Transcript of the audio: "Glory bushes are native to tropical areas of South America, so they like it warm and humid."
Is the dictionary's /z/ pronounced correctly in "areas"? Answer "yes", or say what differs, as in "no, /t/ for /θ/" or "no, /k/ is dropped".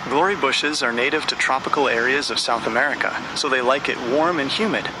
yes